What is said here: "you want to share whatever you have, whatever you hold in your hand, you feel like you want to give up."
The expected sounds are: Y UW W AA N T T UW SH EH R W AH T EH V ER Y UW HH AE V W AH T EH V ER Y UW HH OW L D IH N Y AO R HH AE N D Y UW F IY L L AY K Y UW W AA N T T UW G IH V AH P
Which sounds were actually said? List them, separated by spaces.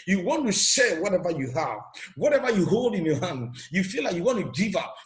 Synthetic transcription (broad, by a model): Y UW W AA N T T UW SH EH W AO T EH V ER Y UW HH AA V W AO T EH V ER Y UW HH OW L D IH N Y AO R HH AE N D Y UW F IY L L AY K Y UW W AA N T T UW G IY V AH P